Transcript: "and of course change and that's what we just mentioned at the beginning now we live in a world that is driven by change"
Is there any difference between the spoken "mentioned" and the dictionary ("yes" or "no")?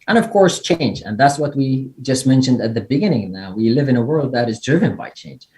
no